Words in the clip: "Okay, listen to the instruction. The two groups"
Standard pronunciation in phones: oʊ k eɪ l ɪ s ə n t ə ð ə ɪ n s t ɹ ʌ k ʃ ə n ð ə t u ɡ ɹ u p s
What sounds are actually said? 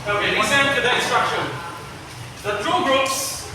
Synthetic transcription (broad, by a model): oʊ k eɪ w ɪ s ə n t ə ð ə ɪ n s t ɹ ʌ k ʃ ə n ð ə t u ɡ ɹ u p s